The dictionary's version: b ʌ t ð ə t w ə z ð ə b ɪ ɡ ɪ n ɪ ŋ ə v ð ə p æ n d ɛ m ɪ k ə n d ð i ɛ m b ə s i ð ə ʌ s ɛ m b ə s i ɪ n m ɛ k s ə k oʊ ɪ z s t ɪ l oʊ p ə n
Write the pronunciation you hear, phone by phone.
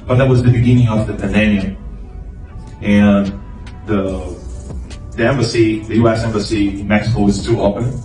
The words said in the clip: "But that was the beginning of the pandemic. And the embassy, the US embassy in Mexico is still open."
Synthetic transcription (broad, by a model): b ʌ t ð ə t w ə z ð ə b ɪ ɡ ɪ n ɪ ŋ ə v ð ə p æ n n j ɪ ə n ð ð i ɛ m b ə s i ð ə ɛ s ɛ m b ə s i ɪ n m ɛ k s ə k oʊ ɪ z t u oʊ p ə n